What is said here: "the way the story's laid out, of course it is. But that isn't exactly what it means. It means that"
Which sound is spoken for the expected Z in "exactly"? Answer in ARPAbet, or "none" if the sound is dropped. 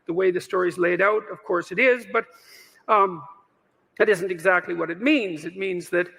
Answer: Z